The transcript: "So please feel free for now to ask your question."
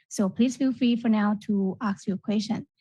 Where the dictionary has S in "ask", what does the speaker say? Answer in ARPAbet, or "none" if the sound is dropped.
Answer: none